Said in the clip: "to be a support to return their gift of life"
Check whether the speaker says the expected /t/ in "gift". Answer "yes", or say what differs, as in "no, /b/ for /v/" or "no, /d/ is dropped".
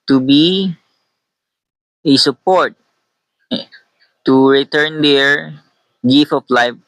no, /t/ is dropped